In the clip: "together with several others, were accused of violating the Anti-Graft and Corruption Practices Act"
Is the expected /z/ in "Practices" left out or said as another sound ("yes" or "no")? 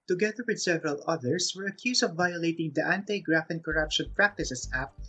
yes